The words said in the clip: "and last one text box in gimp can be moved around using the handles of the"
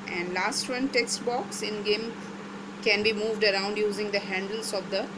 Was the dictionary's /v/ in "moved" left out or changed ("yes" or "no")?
no